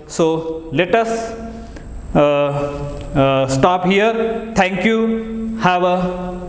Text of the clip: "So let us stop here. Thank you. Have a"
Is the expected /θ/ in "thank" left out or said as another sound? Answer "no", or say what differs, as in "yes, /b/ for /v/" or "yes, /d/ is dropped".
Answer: yes, /t/ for /θ/